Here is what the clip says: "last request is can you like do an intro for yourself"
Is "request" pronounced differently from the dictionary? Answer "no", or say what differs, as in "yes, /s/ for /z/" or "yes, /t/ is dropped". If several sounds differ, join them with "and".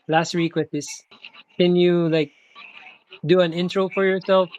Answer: yes, /w/ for /ɹ/